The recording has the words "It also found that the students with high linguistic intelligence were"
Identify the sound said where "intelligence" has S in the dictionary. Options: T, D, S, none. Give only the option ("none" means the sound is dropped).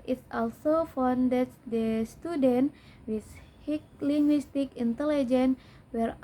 none